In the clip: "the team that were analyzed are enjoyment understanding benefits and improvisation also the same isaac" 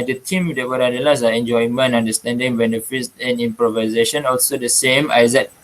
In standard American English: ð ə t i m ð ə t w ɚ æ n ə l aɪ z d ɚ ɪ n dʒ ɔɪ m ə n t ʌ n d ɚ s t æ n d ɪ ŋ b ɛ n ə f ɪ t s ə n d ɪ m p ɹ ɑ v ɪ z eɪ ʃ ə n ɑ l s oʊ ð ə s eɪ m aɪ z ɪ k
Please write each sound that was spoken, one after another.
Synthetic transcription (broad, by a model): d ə t i m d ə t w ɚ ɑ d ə l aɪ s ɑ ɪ n dʒ ɔɪ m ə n ɑ n d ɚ s t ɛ n d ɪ ŋ b ɛ n ə f ɪ t s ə n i m p ɹ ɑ v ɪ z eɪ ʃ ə n ɑ l s oʊ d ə s eɪ m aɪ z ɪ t